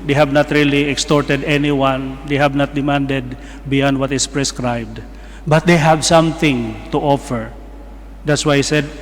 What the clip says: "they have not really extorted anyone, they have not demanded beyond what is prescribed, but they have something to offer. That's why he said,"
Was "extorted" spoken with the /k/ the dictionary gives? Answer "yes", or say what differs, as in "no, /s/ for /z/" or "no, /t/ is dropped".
yes